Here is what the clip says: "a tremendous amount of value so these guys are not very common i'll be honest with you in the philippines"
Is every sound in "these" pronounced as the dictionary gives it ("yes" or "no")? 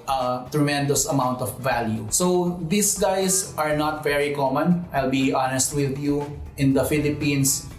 no